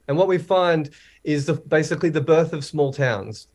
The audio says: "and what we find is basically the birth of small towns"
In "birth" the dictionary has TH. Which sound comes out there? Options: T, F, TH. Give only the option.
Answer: TH